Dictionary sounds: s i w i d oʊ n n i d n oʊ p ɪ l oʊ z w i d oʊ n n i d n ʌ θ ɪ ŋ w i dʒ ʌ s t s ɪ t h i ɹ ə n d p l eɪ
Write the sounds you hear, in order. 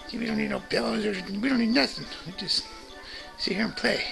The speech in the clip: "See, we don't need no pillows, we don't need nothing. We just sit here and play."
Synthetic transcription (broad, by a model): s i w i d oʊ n n i d n oʊ b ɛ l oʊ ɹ w i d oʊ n n i d n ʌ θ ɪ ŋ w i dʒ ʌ s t s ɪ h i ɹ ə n p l eɪ